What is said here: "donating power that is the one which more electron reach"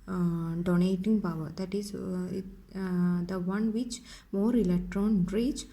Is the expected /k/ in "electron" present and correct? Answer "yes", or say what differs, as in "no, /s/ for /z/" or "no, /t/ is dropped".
yes